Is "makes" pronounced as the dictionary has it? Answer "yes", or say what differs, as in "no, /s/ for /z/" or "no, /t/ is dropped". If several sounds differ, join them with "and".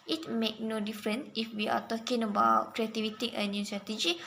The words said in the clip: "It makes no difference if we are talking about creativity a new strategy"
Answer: no, /s/ is dropped